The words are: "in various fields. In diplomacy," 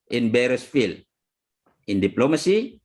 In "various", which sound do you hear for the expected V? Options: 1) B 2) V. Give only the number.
1